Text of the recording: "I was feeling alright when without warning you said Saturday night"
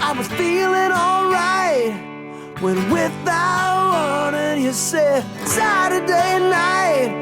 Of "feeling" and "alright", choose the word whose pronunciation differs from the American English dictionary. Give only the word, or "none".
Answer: none